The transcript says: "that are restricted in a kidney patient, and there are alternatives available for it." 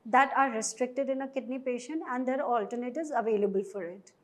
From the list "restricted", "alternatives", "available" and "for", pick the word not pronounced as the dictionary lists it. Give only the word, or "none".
alternatives